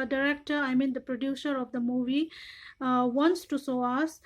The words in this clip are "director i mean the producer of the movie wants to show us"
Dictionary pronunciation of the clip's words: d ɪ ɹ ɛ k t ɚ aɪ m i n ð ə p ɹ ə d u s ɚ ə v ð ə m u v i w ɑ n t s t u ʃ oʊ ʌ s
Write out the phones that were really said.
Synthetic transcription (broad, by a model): d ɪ ɹ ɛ k t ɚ aɪ m i n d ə p ɹ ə d u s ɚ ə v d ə m u v i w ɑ n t s t u s oʊ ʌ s